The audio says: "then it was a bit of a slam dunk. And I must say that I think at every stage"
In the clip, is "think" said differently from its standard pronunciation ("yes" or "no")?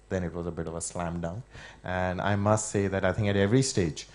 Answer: no